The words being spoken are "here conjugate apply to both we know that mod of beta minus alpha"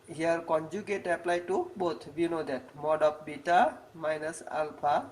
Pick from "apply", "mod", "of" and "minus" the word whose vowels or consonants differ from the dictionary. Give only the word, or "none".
of